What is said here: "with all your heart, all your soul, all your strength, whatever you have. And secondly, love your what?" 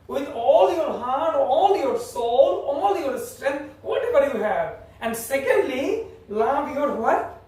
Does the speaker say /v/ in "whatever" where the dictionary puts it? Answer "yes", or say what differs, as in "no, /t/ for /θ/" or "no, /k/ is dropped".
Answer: no, /b/ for /v/